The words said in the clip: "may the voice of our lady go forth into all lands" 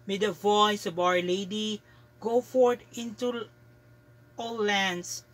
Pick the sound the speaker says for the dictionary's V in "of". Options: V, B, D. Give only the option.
B